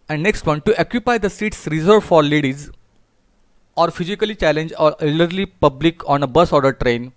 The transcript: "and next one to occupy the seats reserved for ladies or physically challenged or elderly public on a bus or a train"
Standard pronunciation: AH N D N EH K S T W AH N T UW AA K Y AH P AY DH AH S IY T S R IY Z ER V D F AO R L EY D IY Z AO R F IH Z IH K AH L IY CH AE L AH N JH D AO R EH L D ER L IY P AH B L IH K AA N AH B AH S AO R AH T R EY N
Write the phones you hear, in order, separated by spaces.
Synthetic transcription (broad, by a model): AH N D N EH K S T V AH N T UW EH K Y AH P AY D AH S IY T S R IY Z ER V F AO R L EY D IY Z AO R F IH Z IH K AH L IY CH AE L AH N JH AO L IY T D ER L IY P AH B L IH K AA N AH B AH S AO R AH T R EY N